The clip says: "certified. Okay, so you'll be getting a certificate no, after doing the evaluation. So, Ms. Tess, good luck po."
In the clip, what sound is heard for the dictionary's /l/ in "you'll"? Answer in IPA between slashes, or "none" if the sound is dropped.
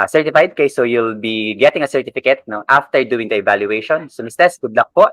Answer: /l/